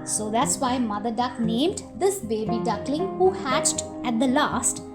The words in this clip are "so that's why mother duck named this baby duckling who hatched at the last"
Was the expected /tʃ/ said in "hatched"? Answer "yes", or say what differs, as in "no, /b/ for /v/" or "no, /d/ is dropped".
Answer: yes